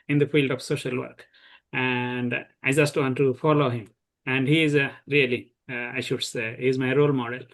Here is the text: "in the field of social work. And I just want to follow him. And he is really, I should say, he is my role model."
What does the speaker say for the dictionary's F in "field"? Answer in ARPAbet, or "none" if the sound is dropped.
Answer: F